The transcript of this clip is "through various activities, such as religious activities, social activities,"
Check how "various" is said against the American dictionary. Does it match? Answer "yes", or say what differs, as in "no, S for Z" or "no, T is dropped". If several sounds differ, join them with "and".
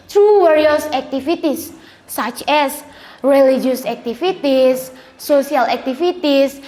no, W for V